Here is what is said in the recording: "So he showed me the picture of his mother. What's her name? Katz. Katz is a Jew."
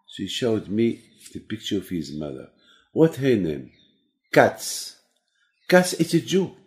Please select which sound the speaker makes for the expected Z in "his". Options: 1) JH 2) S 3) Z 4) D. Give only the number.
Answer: 3